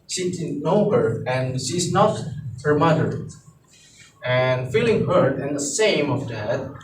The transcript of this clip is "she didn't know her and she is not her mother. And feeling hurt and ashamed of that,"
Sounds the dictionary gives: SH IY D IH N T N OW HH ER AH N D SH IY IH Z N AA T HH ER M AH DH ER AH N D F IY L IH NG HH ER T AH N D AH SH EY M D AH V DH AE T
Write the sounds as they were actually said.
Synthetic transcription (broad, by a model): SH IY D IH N N OW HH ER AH N SH IY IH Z N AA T HH ER M AH DH ER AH N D F IY L IH NG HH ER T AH N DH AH S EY M AH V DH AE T